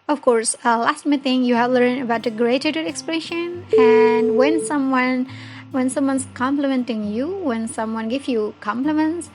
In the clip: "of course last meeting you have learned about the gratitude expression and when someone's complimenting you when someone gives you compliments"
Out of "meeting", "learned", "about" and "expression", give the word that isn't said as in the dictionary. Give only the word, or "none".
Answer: learned